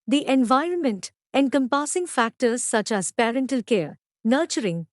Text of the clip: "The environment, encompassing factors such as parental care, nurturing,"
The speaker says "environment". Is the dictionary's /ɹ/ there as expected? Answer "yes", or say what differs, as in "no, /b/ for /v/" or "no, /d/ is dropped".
yes